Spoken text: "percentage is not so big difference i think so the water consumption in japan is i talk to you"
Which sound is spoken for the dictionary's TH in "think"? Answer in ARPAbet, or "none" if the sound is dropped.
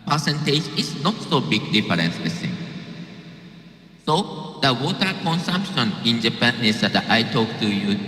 S